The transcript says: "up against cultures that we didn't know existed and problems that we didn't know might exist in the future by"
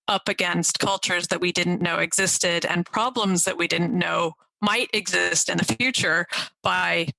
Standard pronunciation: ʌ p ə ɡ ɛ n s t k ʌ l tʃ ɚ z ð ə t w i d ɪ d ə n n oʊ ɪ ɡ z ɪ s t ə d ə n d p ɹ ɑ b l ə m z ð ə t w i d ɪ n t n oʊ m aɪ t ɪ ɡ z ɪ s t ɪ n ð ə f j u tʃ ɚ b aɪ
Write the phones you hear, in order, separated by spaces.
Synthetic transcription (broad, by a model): ʌ p ə ɡ ɛ n s t k ʌ l tʃ ɚ z ð ə t w i d ɪ d n n oʊ ɪ ɡ z ɪ s t ə d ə n p ɹ ɑ b l ə m z ð ə t w i d ɪ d n oʊ m aɪ t ɪ ɡ z ɪ s t ɪ n ð ə f j u tʃ ɚ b aɪ